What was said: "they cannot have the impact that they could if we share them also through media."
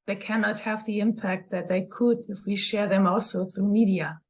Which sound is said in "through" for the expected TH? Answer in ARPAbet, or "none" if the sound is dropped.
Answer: TH